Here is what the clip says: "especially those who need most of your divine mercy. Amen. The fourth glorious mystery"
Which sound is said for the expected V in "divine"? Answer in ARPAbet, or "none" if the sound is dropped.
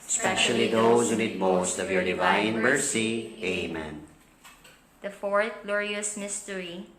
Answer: V